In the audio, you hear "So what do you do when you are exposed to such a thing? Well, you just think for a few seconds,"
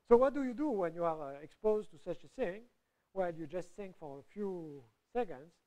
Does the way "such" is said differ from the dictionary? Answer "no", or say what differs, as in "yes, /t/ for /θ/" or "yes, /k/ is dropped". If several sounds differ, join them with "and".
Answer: no